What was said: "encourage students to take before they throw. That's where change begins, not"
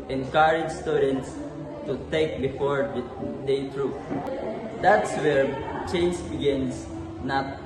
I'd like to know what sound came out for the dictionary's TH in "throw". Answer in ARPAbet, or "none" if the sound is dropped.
T